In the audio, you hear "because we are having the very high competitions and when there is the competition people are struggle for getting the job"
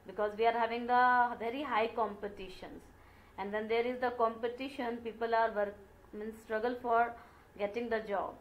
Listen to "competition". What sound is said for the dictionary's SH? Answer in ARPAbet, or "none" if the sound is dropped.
SH